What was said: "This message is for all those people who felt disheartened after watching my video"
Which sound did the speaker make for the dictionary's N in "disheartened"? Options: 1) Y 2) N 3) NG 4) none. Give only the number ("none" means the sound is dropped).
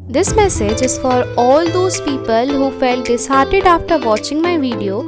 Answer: 4